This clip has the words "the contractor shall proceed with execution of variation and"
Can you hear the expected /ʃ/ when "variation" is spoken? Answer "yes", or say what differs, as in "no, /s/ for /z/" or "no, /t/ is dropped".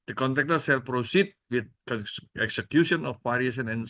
no, /s/ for /ʃ/